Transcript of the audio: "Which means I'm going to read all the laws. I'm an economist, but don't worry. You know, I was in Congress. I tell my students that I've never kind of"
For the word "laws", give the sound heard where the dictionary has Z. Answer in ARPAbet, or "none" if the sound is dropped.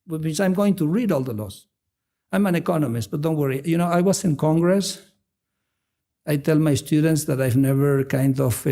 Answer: S